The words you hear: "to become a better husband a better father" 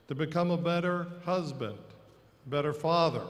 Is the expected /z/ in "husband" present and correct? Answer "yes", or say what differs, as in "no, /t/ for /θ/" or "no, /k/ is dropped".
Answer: yes